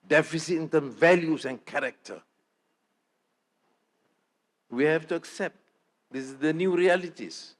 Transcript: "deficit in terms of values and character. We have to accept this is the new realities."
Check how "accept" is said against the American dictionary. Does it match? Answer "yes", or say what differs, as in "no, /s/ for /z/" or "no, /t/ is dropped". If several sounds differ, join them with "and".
yes